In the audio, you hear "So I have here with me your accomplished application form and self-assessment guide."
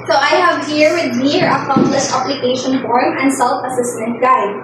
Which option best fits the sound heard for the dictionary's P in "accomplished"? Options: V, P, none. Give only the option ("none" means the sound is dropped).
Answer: none